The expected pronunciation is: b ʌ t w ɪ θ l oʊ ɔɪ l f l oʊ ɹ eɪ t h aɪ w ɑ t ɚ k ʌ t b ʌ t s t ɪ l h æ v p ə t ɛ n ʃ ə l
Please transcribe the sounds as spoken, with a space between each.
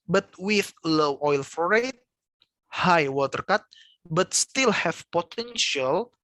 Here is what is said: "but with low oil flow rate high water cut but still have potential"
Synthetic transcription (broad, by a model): b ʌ t w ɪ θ l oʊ ɔɪ l f oʊ ɹ eɪ t h aɪ w ɑ t ɚ k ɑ t b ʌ t s t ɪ l h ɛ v p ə t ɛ n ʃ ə l